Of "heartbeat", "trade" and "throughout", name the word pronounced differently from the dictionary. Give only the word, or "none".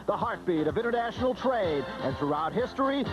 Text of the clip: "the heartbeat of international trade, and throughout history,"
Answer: none